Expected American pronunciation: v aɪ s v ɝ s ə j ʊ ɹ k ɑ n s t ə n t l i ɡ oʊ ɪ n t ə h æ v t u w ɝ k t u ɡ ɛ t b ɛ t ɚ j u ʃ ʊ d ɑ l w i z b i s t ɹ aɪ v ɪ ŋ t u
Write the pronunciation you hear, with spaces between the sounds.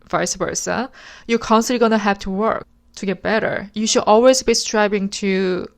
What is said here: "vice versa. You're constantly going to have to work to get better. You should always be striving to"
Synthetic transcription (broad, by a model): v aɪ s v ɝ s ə j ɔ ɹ k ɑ n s t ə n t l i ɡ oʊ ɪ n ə h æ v t u w ɝ k t u ɡ ɛ t b ɛ t ɚ j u ʃ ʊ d ɑ l w i z b i s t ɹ aɪ b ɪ ŋ t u